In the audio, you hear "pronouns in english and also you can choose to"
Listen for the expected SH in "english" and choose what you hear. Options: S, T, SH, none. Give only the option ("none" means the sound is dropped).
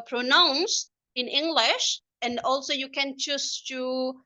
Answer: SH